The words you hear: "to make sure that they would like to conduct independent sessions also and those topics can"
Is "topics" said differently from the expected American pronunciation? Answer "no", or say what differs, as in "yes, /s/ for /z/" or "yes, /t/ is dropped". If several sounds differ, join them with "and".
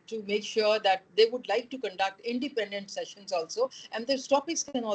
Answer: yes, /k/ is dropped